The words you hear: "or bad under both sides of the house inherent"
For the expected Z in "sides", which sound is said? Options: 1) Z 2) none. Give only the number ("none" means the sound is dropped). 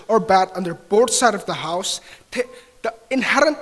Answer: 2